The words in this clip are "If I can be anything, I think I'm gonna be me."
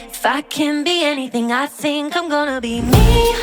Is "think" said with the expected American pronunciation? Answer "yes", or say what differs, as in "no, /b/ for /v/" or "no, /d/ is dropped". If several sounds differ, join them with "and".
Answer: yes